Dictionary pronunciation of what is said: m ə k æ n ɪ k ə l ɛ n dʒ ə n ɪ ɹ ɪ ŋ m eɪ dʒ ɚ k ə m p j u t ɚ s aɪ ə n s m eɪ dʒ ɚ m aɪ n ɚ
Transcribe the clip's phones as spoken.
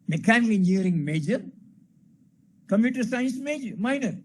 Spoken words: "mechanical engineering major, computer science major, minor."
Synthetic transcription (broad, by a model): m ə k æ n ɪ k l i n ə ɹ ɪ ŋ m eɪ dʒ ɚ k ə m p j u t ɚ s aɪ ə n s m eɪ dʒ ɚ m aɪ n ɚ